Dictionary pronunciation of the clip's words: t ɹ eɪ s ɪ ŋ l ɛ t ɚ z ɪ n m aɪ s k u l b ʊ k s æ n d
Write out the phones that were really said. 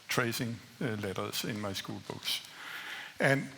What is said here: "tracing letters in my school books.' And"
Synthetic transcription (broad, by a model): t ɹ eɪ s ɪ ŋ l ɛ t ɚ s ɪ n m aɪ s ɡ u l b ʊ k s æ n